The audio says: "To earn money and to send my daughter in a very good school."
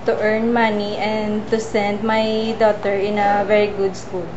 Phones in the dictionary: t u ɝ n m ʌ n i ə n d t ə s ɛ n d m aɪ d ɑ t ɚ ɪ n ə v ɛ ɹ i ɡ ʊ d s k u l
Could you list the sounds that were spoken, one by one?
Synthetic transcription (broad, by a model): t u ɝ n m ʌ n i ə n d t ə s ɛ n d m aɪ d ɑ t ɚ ɪ n ə v ɛ ɹ i ɡ ʊ d s k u l